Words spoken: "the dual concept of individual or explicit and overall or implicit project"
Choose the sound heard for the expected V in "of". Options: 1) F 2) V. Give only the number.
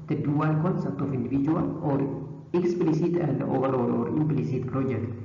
1